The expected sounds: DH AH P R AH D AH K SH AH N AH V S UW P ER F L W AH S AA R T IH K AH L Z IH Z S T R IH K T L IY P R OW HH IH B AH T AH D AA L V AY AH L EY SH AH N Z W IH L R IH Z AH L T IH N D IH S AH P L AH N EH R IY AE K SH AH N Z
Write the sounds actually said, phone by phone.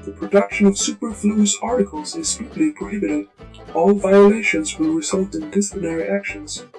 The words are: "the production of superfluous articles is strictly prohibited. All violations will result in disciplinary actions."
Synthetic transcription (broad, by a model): DH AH P R AH D AH K SH AH N AH V S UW P ER F L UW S AA R T IH K AH L Z IH Z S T IH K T L IY P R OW HH IH B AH T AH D AA L V AY AH L EY SH AH N Z W IH L R IH Z AH L T IH N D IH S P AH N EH R IY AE K SH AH N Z